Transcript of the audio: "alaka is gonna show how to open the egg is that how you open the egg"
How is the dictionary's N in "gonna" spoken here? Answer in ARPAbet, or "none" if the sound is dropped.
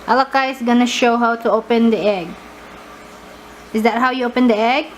N